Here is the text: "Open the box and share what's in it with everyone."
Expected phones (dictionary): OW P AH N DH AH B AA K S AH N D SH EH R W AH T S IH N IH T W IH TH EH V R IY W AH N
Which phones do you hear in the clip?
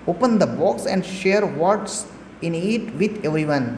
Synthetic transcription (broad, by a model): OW P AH N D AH B AA K S AH N D SH EH R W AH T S IH N IH T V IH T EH V R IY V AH N